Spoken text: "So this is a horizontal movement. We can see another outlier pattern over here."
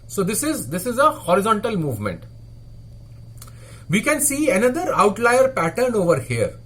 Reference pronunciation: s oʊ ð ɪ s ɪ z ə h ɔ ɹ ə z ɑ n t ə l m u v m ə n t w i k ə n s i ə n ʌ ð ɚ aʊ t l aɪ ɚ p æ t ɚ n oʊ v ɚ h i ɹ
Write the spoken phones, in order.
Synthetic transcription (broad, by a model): s oʊ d ɪ s ɪ z ə h ɔ ɹ ə z ɑ n t ə l m u v m ə n t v i k ə n s i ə n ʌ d ɚ aʊ t l aɪ ɚ p æ t ɚ n oʊ v ɚ h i ɹ